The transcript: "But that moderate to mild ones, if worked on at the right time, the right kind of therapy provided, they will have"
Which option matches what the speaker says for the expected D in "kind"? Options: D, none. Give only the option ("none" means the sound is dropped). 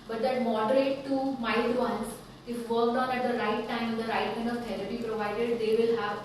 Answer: none